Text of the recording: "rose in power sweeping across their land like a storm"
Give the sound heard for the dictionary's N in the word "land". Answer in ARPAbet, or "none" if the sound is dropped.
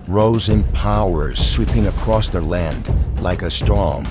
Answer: N